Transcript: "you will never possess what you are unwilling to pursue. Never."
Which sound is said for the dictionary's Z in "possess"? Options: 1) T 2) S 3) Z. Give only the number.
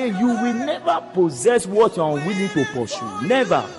3